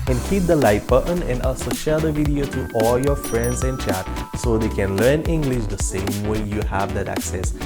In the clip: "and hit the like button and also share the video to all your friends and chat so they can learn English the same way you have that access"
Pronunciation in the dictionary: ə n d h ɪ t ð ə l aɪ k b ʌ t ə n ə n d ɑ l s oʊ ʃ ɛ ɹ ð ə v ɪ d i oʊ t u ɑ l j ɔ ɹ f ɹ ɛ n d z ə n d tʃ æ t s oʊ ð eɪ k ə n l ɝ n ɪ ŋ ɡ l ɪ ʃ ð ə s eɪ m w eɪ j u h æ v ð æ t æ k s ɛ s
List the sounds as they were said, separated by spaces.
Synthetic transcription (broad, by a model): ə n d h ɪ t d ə l aɪ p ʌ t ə n ə n d ɑ l s oʊ ʃ ɛ ɹ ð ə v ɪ d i oʊ t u ɑ l j ɔ ɹ f ɹ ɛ n d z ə n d tʃ æ t s oʊ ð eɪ k ə n l ɝ n ɪ ŋ ɡ l ɪ ʃ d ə s eɪ m w eɪ j u h æ v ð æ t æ k s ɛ s